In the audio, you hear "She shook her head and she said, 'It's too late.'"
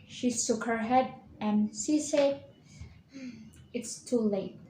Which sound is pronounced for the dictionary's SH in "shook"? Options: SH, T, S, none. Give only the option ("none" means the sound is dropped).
S